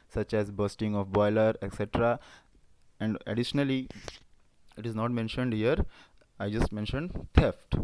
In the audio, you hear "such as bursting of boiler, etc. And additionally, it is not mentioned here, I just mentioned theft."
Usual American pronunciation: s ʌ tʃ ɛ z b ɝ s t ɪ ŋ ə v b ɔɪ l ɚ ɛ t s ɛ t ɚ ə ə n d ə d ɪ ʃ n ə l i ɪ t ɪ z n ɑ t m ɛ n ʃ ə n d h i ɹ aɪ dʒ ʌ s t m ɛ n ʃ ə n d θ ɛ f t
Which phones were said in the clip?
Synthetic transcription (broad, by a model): s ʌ tʃ ɛ z b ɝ s t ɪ ŋ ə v b ɔɪ l ɚ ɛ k s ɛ t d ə ə n d ə d ɪ ʃ n ə l i ɪ t ɪ z n ɑ t m ɛ n ʃ ə n d h i ɹ aɪ dʒ ʌ s t m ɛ n ʃ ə n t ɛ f t